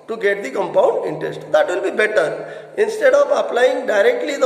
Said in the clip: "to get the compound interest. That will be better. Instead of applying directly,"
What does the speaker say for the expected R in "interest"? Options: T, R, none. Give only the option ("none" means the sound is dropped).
R